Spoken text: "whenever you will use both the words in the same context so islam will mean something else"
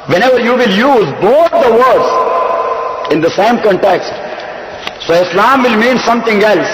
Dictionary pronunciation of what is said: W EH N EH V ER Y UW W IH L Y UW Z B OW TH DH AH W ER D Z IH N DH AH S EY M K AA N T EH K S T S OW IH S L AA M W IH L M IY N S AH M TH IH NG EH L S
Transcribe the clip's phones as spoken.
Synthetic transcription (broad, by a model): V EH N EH V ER Y UW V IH L Y UW Z B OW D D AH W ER D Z IH N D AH S EY M K AA N T EH K S T S OW IH S L AA M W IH L M IY N S AH M T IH NG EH L S